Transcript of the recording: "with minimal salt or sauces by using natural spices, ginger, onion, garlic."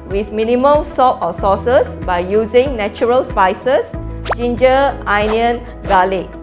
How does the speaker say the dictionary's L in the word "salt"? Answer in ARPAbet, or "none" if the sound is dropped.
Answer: none